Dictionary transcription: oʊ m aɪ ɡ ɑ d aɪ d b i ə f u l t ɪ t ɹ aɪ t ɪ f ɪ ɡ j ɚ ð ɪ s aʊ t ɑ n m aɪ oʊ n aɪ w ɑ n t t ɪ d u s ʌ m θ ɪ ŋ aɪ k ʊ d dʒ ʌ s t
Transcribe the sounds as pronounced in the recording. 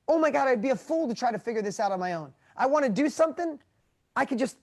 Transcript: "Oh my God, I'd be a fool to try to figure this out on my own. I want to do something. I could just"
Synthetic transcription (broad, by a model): oʊ m aɪ ɡ ɑ d aɪ d b i ə f u l t ɪ t ɹ aɪ t ɪ f ɪ ɡ j ɚ ð ɪ s aʊ t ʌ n m aɪ oʊ n aɪ w ɑ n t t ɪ d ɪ s ʌ m θ ɪ ŋ aɪ k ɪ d dʒ ʌ s t